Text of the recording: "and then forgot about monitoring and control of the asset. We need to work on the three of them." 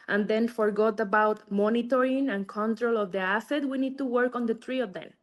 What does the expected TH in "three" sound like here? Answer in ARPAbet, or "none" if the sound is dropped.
T